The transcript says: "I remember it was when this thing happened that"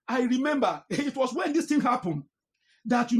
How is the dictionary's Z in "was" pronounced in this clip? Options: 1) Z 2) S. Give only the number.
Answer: 2